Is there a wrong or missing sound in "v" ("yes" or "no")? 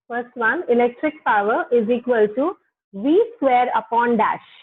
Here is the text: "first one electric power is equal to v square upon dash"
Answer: no